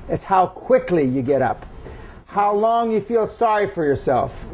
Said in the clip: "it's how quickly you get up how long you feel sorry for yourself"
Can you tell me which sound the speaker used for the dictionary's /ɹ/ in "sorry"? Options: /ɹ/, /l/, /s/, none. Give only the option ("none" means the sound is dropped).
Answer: /ɹ/